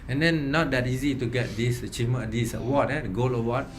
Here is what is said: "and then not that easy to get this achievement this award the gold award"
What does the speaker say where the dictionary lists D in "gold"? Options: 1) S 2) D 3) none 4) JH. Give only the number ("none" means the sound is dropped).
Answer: 3